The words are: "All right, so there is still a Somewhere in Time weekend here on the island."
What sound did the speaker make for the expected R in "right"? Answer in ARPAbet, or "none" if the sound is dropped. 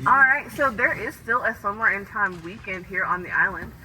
R